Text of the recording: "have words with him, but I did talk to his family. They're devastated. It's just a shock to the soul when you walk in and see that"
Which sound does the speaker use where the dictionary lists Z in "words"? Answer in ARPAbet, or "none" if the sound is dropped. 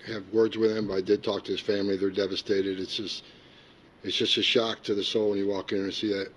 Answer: Z